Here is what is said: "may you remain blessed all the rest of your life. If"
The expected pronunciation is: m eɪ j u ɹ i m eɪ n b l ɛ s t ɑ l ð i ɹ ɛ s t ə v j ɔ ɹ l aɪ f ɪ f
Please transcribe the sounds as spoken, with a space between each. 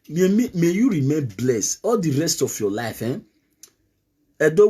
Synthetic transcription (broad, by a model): m eɪ j u ɹ i m eɪ n b l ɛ s ɑ l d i ɹ ɛ s t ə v j ɔ l aɪ f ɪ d